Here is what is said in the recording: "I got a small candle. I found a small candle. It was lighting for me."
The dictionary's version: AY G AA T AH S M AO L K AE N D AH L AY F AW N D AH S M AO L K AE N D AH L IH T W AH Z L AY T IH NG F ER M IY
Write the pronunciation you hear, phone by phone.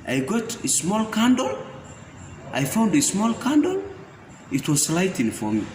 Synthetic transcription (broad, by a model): AY G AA T AH S M AO L K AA N D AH L AY F AW N D AH S M AO L K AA N D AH L IH T W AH S L AY T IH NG F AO M IY